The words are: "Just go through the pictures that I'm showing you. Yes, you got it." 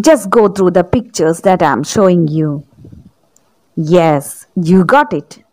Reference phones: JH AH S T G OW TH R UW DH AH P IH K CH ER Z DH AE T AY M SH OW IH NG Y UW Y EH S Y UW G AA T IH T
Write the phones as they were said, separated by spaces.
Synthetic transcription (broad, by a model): JH AH S T G OW T R UW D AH P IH K CH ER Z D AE T AY M SH OW IH NG Y UW Y EH S Y UW G AA T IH T